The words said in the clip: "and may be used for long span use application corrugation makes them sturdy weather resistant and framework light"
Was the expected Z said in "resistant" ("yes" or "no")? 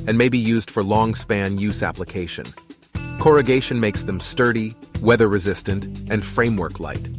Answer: yes